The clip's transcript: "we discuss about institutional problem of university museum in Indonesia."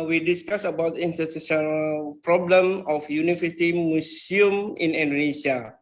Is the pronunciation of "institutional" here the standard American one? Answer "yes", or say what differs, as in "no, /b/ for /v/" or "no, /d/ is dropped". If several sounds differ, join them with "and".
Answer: no, /s/ is dropped